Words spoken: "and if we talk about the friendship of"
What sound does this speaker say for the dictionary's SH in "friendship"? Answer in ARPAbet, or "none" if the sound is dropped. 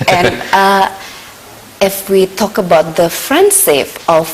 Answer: S